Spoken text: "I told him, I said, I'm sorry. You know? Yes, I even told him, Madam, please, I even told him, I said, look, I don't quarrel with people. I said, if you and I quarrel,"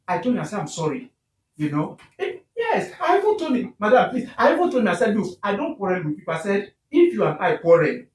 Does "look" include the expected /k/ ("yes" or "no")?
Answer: no